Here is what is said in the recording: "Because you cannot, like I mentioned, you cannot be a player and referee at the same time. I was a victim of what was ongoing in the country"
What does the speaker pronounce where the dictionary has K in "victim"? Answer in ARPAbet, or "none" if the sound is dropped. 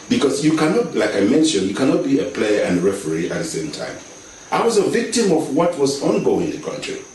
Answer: K